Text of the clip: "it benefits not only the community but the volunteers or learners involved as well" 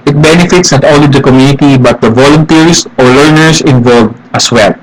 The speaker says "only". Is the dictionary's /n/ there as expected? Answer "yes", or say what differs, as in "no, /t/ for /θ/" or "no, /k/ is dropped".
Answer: no, /n/ is dropped